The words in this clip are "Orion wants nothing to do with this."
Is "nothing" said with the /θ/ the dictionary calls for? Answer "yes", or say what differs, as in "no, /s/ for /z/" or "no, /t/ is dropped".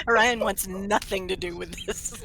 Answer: yes